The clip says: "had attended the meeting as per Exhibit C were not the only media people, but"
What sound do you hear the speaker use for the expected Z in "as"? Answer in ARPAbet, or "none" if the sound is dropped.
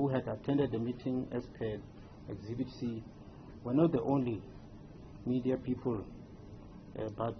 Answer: S